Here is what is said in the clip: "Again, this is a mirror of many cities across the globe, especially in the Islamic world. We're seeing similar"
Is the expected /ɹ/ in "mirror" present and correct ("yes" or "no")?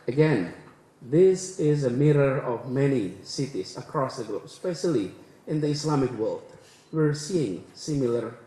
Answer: yes